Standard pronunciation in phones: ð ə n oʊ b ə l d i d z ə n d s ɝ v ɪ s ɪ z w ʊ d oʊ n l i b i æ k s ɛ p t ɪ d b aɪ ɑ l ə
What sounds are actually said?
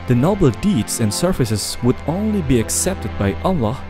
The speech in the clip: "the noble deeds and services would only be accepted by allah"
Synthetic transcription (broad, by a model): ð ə n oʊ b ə l d i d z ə n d s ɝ f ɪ s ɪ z w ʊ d oʊ n l i b i æ k s ɛ p t ɪ d b aɪ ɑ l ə